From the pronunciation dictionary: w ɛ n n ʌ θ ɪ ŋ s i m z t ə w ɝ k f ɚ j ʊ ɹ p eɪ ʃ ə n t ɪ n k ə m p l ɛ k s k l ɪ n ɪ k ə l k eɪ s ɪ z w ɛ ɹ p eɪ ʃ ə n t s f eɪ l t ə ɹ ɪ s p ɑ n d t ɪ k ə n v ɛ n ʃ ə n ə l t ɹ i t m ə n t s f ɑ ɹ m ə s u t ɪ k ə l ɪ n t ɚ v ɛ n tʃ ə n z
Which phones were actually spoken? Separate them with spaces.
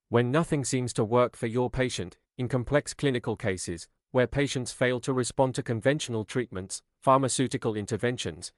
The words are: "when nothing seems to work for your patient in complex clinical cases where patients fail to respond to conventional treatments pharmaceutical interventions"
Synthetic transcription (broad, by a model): w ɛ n n ʌ θ ɪ ŋ s i m z t ə w ɝ k f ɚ j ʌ ɹ p eɪ ʃ ə n t ɪ n k ə m p l ɛ k s k l ɪ n ɪ k ə l k eɪ s ɪ z w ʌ ɹ p eɪ ʃ ə n t s f eɪ l t ə ɹ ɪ s p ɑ n t ɪ k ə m v ɛ n ʃ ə n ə l t ɹ i t m ə n t s f ɑ ɹ m ə s u t ɪ k ə l ɪ n t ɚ v ɛ n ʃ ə n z